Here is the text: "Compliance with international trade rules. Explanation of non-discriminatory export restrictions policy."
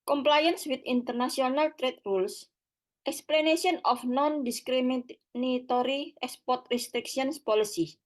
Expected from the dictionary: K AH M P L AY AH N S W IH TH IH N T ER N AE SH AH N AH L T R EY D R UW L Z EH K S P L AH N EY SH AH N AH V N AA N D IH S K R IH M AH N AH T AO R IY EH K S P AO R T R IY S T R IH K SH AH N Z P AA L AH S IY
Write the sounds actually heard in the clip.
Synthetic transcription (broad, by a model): K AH M P L AY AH N S W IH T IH N T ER N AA S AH N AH L T R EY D R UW L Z EH K S P L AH N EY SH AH N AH F N AA N D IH S K R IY M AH N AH T AO R IY EH K S P AO R T R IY S T R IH K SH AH N S P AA L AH S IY